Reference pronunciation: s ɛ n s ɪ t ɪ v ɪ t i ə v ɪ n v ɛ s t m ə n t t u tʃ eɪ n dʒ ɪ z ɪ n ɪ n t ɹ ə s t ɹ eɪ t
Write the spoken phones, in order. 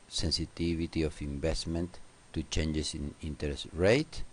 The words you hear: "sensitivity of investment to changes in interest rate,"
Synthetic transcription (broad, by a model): s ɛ n s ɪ t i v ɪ t i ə f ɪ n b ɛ s t m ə n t t u tʃ eɪ n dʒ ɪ s ɪ n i n t ɹ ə s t ɹ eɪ t